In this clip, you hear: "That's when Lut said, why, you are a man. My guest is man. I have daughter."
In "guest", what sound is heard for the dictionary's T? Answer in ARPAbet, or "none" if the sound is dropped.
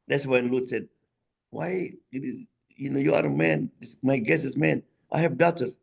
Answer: none